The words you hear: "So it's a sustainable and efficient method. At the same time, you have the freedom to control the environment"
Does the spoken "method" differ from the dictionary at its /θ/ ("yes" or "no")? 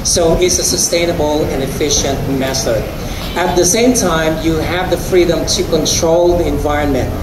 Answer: yes